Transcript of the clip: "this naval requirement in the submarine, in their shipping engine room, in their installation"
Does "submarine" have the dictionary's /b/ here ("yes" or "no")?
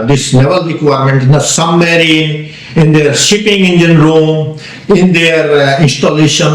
no